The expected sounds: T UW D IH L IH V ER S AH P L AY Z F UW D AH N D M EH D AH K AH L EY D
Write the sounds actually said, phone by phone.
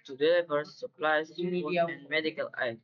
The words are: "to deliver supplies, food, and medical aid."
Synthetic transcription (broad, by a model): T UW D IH L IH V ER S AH P L AY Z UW AH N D M EH D AH K AH L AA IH